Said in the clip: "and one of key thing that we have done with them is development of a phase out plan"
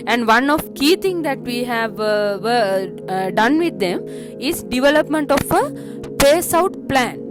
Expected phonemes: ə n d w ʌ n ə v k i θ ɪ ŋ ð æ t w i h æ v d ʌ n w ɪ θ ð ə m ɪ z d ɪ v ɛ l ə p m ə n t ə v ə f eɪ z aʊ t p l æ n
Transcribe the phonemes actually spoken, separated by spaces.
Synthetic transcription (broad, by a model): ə n d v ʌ n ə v k i t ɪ ŋ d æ t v i h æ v d ʌ n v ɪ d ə m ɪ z d ɪ v ɛ l ə p m ə n t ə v ə p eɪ s aʊ t p l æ n